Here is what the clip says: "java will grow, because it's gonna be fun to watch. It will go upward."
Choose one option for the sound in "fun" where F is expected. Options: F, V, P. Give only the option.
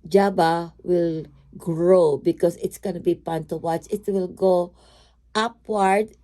P